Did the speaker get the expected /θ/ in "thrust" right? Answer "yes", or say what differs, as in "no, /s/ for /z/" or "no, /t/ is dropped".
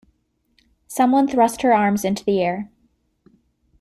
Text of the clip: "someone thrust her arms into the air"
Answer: yes